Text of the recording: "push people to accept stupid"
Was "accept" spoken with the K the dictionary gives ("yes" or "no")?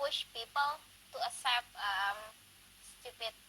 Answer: no